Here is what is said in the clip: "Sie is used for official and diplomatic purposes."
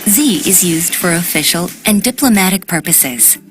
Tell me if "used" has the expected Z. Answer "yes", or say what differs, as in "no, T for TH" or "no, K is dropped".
yes